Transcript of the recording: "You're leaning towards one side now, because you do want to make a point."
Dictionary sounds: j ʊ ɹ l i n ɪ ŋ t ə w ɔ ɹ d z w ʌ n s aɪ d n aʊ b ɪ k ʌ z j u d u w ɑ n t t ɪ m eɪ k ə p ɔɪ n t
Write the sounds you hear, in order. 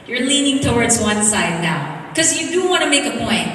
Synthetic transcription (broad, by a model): j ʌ ɹ l i n ɪ ŋ t ə w ɔ ɹ d z w ʌ n s aɪ d n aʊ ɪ k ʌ z j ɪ d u w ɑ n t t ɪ m eɪ k ə p ɔɪ n t